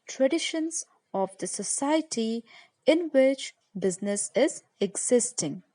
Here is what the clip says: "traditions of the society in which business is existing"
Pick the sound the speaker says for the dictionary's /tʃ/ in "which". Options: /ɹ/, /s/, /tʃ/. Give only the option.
/tʃ/